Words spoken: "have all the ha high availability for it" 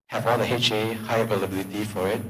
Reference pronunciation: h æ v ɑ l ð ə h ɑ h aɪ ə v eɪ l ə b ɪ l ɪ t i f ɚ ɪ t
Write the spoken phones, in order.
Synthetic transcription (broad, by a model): h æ v ɑ l ð ə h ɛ h aɪ ə v eɪ l ə b ɪ l ɪ t i f ɚ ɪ t